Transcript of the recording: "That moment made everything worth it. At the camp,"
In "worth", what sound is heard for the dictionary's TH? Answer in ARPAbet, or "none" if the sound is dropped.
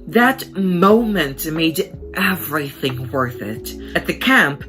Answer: TH